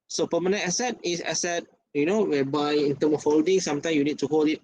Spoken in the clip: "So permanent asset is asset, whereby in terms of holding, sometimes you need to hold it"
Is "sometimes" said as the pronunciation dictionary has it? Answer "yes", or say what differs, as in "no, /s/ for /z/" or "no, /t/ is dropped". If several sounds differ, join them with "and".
no, /z/ is dropped